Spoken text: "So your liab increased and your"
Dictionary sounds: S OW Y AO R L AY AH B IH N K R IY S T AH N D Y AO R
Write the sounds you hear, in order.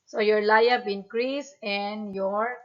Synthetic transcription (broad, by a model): S OW Y AO R L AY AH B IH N K R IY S AH N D Y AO R